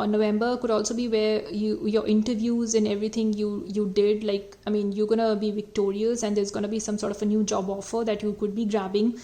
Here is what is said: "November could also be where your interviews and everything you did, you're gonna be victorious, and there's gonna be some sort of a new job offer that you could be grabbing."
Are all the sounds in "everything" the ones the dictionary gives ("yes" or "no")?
no